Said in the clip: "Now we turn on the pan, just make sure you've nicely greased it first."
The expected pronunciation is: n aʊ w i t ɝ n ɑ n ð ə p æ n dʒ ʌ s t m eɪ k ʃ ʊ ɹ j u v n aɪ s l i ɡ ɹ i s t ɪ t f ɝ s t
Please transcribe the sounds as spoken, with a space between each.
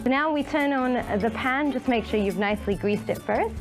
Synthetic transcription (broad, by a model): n aʊ w i t ɝ n n ð ə p æ n dʒ ʌ s m eɪ k ʃ ʊ ɹ j u v n aɪ s l i ɡ ɹ i s t ɪ t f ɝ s t